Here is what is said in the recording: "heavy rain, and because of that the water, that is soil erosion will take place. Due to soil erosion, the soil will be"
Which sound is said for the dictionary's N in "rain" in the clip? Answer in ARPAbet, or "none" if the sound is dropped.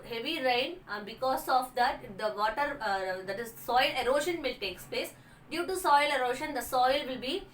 none